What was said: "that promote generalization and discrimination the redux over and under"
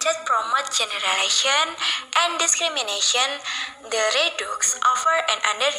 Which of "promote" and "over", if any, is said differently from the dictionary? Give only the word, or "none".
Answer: over